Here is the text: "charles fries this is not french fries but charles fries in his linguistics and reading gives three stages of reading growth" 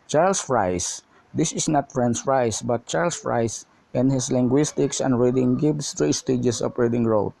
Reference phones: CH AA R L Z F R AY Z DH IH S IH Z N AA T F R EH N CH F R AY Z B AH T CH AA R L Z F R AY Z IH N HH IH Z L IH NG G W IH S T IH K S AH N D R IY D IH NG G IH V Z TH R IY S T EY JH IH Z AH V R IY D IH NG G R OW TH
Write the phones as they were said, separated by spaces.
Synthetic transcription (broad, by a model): CH AA R L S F R AY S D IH S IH S N AA T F R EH N S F R AY S B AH T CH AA R L S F R AY S IH N HH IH S L IH NG G W IH S T IH K S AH N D R IY D IH NG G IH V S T R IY S T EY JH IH S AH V R IY D IH NG R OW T